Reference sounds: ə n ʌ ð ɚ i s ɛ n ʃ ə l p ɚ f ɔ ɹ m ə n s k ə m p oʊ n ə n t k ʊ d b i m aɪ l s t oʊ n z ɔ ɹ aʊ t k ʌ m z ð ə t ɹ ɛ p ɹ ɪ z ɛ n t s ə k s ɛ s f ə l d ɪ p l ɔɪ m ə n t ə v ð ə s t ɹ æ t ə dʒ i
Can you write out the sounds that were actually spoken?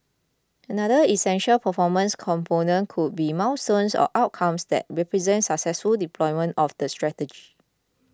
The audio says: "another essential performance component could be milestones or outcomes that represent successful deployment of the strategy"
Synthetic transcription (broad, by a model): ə n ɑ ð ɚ i s ɛ n ʃ ə l p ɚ f ɔ m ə n s k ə m p oʊ n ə n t k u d b i m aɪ w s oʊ n s ɔ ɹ aʊ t k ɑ m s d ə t ɹ ɛ p ɹ ɪ z ɛ n t s ə k s ɛ s f ə l d ɪ p l ɔɪ m ə n t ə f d ə s t ɹ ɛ t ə dʒ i